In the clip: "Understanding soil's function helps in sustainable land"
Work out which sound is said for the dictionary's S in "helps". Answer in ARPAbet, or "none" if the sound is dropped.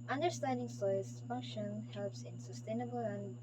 S